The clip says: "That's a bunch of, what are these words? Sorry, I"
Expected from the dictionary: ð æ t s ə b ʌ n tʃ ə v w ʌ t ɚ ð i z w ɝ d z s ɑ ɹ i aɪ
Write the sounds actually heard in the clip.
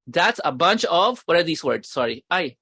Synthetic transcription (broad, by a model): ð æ t s ə b ʌ n tʃ ə v w ʌ t ɚ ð i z w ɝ d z s ɑ ɹ i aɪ